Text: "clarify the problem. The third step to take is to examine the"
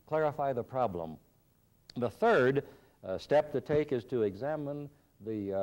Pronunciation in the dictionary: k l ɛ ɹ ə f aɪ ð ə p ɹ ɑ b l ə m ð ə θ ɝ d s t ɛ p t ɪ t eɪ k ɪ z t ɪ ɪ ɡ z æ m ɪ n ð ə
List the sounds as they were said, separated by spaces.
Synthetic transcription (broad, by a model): k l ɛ ɹ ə f aɪ ð ə p ɹ ɑ b l ə m ð ə θ ɝ d s t ɛ p t ɪ t eɪ k ɪ z t ɪ ɪ ɡ z æ m ɪ n ð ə